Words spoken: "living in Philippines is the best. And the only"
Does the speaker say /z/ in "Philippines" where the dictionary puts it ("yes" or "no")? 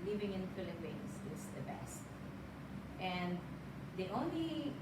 no